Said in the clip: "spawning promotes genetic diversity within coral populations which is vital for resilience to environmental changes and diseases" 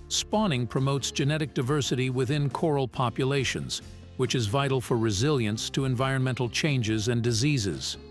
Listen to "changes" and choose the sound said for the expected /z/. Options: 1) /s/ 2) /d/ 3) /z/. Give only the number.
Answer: 3